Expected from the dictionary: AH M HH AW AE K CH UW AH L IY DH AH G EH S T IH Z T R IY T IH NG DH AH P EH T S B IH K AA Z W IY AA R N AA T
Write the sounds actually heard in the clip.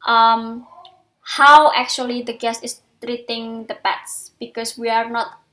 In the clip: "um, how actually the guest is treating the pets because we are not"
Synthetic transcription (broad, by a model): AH M HH AW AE K CH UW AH L IY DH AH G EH S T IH S T R IY T IH NG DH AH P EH T S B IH K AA S W IY AA R N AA T